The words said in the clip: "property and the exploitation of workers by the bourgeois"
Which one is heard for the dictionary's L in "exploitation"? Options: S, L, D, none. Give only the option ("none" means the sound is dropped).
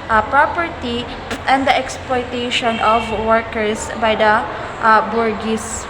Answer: L